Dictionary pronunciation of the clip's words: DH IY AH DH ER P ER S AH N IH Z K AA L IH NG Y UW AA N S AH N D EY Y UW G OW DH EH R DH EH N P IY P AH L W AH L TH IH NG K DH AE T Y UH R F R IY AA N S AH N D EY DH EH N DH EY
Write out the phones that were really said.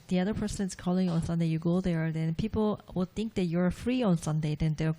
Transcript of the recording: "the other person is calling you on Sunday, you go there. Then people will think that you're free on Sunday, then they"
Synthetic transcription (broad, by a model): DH IY AH DH ER P ER S AH N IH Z K AA L IH NG AA N S AH N D EY Y UW G OW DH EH R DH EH N P IY P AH L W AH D TH IH NG K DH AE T Y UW R F R IY AA N S AH N D EY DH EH N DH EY